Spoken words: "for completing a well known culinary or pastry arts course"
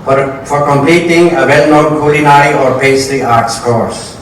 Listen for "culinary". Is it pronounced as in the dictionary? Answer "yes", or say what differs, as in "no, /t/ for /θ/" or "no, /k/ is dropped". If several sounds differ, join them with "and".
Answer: no, /ɹ/ is dropped